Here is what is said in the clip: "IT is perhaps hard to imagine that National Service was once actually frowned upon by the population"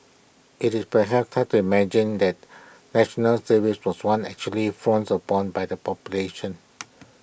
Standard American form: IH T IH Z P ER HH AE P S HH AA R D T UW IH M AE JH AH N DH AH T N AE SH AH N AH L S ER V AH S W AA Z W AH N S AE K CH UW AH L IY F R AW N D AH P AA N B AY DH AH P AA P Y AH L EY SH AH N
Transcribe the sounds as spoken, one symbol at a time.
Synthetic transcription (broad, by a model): IH T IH S P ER HH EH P S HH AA T UW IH M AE JH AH N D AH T N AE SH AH N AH L S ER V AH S W AA S W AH N EH K CH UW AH L IY F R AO N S AH P AA N B AY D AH P AA P Y AH L EY SH AH N